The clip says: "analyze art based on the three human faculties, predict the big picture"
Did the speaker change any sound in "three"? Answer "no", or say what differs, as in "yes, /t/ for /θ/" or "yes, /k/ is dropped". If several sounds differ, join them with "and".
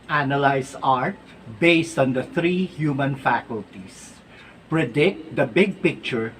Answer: yes, /t/ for /θ/